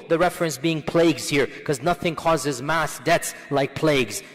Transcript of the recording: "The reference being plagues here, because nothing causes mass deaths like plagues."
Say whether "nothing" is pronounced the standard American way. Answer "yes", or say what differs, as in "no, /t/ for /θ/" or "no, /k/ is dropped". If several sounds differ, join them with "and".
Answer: yes